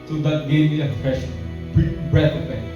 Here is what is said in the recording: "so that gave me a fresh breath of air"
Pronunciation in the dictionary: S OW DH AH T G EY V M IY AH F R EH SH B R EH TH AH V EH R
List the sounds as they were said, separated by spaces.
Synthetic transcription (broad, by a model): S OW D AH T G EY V M IY AH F R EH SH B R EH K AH P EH